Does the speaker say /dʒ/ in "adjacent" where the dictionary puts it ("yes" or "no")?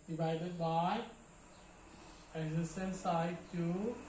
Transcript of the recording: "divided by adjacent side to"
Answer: no